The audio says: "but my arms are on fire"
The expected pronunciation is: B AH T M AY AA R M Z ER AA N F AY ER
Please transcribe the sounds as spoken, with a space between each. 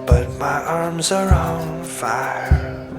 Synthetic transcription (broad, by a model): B AH T M AY AA R M Z ER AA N F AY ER